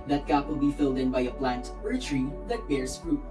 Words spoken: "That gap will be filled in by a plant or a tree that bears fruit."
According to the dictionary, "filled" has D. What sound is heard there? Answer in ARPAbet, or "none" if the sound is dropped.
D